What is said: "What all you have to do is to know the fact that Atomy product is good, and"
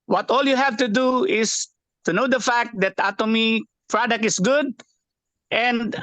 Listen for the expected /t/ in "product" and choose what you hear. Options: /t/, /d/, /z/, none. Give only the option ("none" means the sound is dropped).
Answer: none